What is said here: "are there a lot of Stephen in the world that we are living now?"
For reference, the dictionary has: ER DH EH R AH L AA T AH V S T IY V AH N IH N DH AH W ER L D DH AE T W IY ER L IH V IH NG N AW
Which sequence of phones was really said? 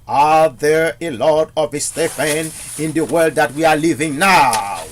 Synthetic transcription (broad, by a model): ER DH EH R AH L AA T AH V S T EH F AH N IH N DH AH W ER L D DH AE T W IY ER L IH V IH NG N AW